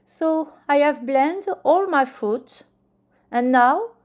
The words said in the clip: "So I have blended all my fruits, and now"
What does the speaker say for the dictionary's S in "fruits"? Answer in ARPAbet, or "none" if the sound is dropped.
none